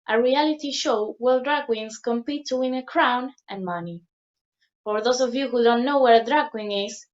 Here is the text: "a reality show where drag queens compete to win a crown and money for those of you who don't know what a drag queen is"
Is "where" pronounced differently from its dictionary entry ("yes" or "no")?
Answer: yes